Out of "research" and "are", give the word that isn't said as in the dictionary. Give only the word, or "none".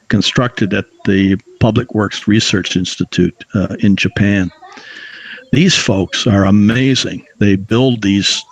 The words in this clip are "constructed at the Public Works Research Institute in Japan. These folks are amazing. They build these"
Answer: none